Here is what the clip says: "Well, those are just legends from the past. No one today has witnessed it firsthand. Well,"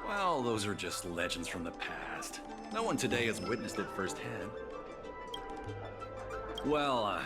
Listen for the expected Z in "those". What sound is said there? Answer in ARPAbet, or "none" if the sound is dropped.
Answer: Z